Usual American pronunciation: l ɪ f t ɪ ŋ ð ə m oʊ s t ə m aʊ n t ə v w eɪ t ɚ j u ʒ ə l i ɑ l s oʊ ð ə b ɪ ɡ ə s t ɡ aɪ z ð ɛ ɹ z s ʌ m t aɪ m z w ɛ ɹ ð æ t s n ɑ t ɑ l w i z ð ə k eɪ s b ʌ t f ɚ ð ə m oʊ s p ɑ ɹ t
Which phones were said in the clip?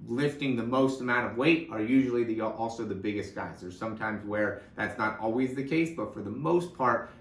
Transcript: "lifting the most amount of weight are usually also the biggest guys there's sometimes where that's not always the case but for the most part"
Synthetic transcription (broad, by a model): l ɪ f t ɪ ŋ ð ə m oʊ s t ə m aʊ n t ə v w eɪ t ɚ j u ʒ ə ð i ɑ l s oʊ ð ə b ɪ ɡ ə s t ɡ aɪ z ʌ ɹ s ʌ m t aɪ m z w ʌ ɹ ð æ t s n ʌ t ɑ l w i z ð ə k eɪ s b ʌ t f ɚ ð ə m oʊ s p ɑ ɹ t